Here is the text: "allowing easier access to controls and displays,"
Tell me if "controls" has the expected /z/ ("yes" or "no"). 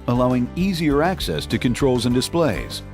yes